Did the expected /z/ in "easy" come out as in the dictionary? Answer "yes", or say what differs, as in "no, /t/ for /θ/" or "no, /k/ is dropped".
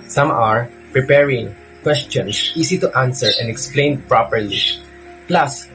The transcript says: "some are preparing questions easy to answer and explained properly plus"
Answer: no, /s/ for /z/